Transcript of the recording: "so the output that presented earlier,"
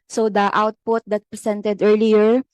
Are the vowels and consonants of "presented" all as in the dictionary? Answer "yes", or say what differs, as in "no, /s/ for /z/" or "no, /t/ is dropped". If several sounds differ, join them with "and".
no, /s/ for /z/